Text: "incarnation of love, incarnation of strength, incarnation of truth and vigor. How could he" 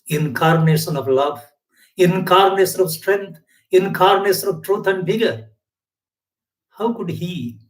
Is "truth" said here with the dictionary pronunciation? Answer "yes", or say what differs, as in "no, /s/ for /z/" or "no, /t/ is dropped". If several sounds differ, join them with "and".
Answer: no, /t/ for /θ/